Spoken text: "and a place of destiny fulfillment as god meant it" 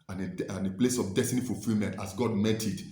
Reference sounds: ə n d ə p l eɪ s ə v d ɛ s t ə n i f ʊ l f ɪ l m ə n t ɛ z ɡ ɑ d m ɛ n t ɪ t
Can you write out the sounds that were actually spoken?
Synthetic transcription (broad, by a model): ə n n ə p l eɪ s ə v d ɛ s t ə n i f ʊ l f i l m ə n t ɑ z ɡ ɑ d m ɛ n t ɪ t